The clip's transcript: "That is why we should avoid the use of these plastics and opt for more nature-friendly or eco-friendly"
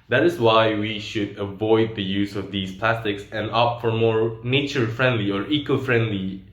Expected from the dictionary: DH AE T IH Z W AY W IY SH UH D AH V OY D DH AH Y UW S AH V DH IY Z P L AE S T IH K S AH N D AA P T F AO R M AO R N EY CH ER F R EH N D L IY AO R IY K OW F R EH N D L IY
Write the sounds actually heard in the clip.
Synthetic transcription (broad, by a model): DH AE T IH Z W AY W IY SH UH D AH V OY D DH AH Y UW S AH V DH IY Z P L AE S T IH K S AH N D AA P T F AO R M AO R N EY CH ER F R EH N D L IY AO R IY K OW F R EH N D L IY